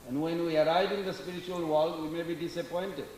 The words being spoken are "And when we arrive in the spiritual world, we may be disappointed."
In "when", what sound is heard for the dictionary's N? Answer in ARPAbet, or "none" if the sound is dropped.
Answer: N